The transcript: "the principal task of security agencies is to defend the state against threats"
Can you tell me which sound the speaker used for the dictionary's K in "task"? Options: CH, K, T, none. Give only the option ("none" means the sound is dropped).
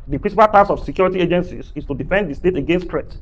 none